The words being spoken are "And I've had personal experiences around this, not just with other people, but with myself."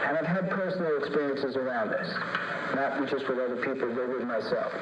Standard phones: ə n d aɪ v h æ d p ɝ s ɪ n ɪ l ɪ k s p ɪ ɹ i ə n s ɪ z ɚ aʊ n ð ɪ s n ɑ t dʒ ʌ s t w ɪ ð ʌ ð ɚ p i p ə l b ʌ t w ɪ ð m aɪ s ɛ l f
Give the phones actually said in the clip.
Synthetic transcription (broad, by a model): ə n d aɪ v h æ d p ɝ s n l ɪ k s p ɪ ɹ i ə n s ɪ z ɚ aʊ n ð ɪ s n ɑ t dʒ ʌ s t w ɪ ð ʌ ð ɚ p i p l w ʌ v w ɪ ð m aɪ s ɛ l f